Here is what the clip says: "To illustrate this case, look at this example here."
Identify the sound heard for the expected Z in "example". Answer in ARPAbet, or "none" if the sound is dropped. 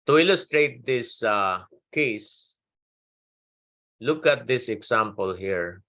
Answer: S